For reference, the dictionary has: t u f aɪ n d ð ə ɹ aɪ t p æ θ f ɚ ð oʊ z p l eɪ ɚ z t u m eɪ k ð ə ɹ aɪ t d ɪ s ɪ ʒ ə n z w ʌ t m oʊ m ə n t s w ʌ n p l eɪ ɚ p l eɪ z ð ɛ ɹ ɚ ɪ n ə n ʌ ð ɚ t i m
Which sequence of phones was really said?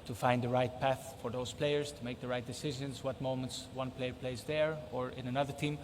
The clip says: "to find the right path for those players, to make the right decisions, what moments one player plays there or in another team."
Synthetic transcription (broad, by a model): t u f aɪ n d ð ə ɹ aɪ t p æ θ f ɚ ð oʊ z p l eɪ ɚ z t u m eɪ k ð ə ɹ aɪ t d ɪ s ɪ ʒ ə n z w ʌ t m oʊ m ə n t s w ʌ n p l eɪ ɚ p l eɪ z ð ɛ ɹ ɚ ɪ n ə n ʌ ð ɚ t i m